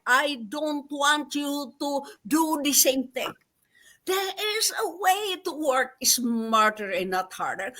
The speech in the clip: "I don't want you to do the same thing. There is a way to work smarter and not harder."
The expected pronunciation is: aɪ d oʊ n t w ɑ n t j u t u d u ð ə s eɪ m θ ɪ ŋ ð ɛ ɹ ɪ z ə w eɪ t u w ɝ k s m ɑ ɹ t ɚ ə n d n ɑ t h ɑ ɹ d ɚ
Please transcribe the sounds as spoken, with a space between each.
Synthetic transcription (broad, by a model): aɪ d oʊ n t w ɑ n t j u t u d u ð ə s eɪ m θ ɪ ŋ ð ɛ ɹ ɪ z ə w eɪ t u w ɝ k s m ɑ ɹ t ɚ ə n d n ɑ t h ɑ ɹ d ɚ